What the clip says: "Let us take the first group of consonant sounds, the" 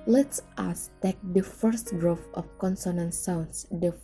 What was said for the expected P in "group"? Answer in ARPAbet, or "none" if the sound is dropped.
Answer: F